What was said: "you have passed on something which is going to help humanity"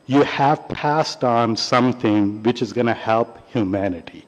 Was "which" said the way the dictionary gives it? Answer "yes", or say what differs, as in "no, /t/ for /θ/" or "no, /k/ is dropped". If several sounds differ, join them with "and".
yes